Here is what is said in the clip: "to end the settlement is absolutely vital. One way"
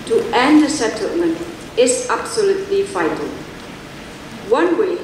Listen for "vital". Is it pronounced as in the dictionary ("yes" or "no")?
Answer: no